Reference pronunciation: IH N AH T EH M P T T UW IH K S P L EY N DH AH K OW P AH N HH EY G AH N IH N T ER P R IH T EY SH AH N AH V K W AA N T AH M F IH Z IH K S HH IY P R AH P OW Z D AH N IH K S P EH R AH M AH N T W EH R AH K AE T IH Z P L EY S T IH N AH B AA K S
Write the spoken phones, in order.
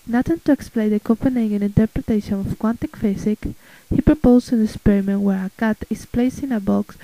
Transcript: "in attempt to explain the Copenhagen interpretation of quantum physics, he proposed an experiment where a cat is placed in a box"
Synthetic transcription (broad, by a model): N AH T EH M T T UW IH K S P L EY N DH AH K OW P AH N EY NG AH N IH N T ER P R IH T EY SH AH N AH F K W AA N T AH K F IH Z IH K HH IY P R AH P OW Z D AH N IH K S P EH R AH M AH N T W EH R AH K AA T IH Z P L EY S T IH N AH B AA K S